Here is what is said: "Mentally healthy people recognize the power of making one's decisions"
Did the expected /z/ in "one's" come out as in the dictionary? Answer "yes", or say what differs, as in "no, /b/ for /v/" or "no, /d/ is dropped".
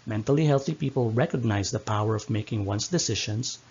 no, /s/ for /z/